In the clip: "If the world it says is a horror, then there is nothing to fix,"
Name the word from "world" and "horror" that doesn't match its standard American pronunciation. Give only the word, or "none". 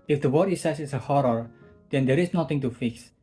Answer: world